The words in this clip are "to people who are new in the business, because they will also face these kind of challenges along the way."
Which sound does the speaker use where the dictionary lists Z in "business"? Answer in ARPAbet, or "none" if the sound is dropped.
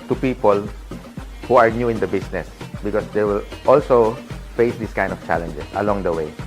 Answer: S